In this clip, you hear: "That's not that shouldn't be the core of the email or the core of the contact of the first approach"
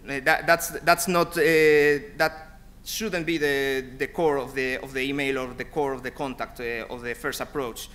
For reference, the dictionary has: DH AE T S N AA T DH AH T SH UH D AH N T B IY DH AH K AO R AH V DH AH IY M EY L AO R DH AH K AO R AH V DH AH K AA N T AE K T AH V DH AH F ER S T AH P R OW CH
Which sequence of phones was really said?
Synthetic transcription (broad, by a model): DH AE T S N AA T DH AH T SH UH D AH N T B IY DH AH K AO R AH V DH AH IY M EY L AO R DH AH K AO R AH V DH AH K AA N T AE K T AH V DH AH F ER S T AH P R OW CH